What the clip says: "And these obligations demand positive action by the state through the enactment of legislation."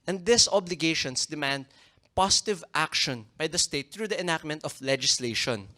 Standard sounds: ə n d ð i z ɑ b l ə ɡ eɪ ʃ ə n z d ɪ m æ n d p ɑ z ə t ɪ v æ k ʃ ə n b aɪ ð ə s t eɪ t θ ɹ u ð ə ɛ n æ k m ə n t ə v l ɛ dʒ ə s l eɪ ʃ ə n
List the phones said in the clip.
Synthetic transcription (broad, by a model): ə n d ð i s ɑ b l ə ɡ eɪ ʃ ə n s d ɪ m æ n d p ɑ s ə t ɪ v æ k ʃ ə n b aɪ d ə s t eɪ t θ ɹ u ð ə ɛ n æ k m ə n t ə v l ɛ dʒ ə s l eɪ ʃ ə n